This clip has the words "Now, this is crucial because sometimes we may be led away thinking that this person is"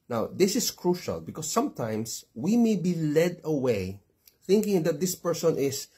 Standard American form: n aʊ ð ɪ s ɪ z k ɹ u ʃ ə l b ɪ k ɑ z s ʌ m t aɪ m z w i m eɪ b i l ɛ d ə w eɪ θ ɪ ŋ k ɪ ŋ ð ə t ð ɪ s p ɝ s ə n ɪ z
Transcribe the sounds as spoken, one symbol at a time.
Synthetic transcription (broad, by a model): n aʊ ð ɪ s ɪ s k ɹ u ʃ ə l b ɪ k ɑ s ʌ m t aɪ m s w i m eɪ b i l ɛ d ə w eɪ θ ɪ ŋ k ɪ ŋ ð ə t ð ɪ s p ɝ s ə n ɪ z